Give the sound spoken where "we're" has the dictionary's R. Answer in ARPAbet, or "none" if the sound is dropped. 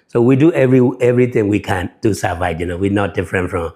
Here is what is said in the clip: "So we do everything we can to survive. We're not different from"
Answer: W